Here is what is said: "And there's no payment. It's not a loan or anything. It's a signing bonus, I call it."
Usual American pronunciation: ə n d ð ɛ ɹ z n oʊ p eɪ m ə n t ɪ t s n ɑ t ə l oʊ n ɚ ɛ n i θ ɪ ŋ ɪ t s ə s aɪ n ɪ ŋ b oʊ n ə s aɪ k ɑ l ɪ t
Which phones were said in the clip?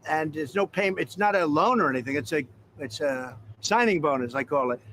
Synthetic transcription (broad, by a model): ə n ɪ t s n oʊ p eɪ ə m ɪ t s n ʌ t ə l oʊ n ɚ ɛ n i θ ɪ ŋ ɪ t s ə s aɪ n ɪ ŋ b oʊ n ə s aɪ k ɑ l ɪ t